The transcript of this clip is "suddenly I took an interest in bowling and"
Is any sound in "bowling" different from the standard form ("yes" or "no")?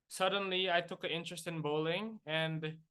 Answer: no